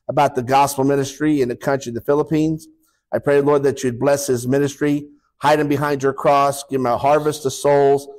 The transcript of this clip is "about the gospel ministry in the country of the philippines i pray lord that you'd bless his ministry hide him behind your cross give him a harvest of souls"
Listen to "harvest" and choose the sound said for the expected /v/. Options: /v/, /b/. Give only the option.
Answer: /v/